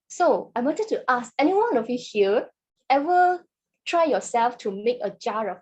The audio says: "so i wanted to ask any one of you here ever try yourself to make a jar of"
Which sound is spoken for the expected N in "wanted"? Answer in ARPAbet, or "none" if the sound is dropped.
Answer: none